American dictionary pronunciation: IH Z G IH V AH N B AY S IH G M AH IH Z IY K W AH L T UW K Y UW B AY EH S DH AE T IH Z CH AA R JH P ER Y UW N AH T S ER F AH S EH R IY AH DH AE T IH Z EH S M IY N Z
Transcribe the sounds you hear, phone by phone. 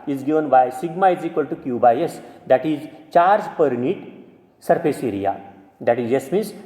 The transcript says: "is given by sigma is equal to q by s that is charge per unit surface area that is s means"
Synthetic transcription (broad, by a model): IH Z G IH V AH N B AY S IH G M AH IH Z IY K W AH L T UW K Y UW B AY EH S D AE T IH Z CH AA R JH P ER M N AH T S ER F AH S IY R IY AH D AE T IH Z EH S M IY N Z